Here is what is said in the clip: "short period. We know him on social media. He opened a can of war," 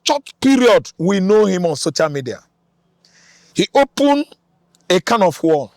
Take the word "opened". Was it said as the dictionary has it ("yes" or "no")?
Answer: no